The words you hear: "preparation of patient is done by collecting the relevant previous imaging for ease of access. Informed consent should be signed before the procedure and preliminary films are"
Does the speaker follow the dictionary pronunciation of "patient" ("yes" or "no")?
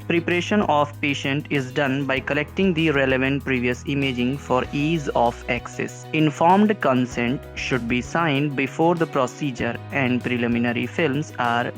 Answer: yes